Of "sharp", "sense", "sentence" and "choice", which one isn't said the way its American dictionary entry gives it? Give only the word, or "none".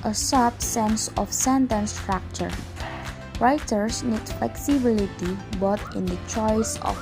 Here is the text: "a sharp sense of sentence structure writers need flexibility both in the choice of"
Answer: sharp